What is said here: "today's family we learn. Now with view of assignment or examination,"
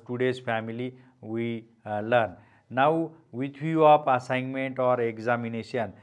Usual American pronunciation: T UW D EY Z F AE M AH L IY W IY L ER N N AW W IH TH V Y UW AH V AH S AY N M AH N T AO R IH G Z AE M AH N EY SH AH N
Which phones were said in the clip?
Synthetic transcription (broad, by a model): T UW D EY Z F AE M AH L IY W IY L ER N N AW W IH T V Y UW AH P AH S AY N M AH N T AO R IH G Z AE M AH N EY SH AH N